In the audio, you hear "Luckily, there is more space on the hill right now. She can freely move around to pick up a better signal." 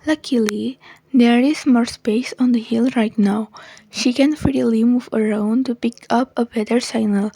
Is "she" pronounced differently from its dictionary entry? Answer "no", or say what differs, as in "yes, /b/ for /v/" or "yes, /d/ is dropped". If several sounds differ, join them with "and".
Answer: no